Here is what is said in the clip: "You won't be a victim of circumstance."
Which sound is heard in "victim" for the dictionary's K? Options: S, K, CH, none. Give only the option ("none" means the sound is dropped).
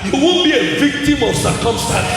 K